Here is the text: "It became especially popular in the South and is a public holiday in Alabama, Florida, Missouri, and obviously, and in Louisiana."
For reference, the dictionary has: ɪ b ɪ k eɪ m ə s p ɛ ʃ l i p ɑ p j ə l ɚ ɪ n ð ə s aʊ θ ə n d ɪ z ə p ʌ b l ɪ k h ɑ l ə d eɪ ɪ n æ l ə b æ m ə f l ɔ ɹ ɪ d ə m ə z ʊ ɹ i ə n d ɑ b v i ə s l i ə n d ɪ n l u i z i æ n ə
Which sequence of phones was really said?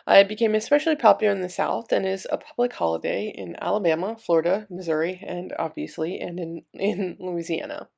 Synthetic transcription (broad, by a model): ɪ b ɪ k eɪ m ə s p ɛ ʃ l i p ɑ p j l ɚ ɪ n ð ə s aʊ θ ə n ɪ z ə p ʌ b l ɪ k h ɑ l ə d eɪ ɪ n æ l ə b æ m ə f l ɔ ɹ ɪ d ə m ə z ʊ ɹ i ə n ɑ b v i ə s l i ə n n ɪ n l u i z i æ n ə